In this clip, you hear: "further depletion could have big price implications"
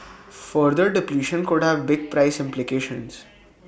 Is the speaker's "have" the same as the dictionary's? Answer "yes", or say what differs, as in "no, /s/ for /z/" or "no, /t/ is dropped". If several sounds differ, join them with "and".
yes